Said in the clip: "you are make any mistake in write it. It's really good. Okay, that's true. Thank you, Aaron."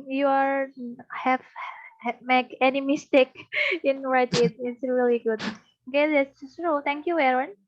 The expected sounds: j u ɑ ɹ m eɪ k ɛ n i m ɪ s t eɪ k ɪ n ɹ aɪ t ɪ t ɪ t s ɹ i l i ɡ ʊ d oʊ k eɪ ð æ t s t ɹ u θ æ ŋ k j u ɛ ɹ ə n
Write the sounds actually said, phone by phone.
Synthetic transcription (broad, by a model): j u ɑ ɹ m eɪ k ɛ n i m ɪ s t eɪ k ɪ n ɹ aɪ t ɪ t ɪ t s ɹ i l i ɡ ʊ d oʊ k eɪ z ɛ s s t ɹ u t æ ŋ k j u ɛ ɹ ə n